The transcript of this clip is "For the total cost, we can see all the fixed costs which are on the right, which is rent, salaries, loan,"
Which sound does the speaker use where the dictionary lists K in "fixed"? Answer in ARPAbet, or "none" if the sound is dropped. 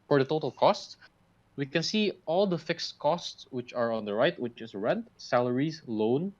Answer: K